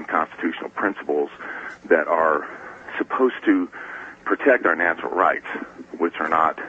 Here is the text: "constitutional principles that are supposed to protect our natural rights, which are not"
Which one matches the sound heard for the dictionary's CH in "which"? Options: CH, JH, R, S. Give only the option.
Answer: CH